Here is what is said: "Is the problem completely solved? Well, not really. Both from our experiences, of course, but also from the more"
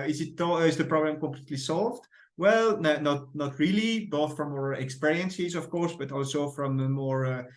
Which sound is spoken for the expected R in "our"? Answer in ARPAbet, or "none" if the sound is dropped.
R